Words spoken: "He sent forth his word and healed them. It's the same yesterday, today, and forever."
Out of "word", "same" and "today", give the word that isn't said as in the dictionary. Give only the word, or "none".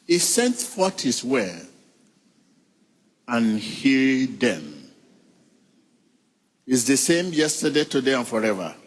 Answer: word